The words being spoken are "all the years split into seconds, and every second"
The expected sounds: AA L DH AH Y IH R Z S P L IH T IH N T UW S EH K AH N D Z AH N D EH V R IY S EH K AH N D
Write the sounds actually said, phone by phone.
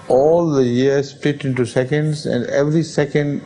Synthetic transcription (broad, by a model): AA L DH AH Y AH R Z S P IH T IH N T UW S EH K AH N D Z AH N D EH V R IY S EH K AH N D